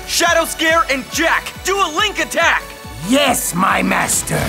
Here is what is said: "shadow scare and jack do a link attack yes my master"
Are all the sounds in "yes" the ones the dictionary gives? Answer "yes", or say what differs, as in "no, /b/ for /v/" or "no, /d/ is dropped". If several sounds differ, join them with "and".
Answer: yes